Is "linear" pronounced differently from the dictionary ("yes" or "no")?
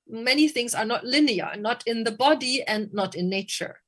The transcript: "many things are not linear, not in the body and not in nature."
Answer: no